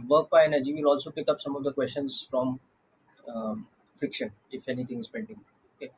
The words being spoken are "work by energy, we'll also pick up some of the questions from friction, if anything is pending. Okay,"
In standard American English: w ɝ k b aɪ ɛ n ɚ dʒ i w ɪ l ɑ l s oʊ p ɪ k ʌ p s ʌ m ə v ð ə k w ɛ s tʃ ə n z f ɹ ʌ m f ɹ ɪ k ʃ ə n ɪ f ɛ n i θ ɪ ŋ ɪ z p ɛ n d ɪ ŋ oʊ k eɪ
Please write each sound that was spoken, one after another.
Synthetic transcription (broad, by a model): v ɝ k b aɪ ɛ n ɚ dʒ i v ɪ l ɑ l s oʊ p ɪ k ʌ p s ʌ m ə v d ə k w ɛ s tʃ ə n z f ɹ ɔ m f ɹ ɪ k ʃ ə n ɪ f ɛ n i t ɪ ŋ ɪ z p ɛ n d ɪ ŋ oʊ k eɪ